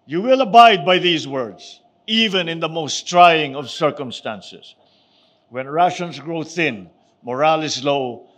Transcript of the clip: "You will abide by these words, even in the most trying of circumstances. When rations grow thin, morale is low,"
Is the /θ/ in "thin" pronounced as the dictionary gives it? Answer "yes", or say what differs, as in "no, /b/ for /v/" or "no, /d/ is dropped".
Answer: yes